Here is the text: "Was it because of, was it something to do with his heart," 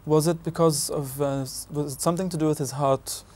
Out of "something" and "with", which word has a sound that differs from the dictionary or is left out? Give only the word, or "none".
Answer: none